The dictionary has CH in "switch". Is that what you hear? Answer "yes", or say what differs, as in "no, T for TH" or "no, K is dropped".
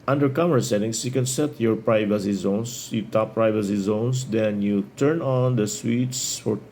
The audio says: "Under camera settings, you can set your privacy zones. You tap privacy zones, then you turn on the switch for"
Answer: no, S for CH